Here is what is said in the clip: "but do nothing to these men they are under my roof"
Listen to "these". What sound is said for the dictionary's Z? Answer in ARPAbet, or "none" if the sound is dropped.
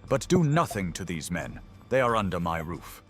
Z